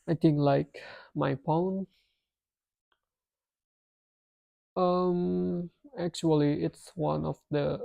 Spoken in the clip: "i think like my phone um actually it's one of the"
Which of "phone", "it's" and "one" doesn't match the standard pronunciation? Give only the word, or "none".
phone